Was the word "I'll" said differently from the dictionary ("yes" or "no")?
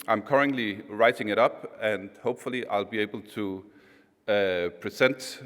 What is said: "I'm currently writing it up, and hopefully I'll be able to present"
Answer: no